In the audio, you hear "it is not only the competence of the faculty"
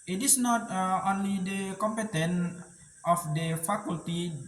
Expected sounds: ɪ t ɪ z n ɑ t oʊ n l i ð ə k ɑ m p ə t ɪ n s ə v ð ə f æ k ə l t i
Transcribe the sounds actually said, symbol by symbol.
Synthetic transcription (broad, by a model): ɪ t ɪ s n ɑ t oʊ n l i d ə k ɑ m p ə t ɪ n ə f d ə f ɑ k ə l t i